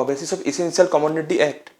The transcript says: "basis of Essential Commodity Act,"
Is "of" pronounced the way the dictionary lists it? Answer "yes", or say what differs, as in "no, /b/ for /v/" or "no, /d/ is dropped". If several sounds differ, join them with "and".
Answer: no, /b/ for /v/